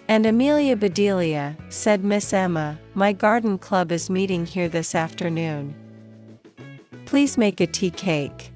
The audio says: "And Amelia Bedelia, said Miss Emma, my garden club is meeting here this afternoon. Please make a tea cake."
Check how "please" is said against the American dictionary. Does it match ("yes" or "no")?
yes